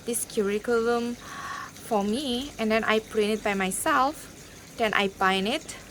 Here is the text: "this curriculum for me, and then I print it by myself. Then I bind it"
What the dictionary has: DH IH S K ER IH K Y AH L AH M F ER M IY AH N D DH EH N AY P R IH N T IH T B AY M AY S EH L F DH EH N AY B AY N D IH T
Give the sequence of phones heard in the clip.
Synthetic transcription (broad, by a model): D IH S K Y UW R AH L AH M F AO M IY AH N D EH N AY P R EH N IH T B AY M AY S EH L F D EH N AY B AY N IH T